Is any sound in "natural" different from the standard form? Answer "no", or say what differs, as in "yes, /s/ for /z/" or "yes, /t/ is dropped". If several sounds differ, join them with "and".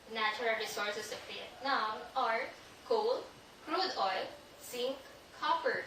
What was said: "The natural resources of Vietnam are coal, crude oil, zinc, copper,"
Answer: yes, /tʃ/ is dropped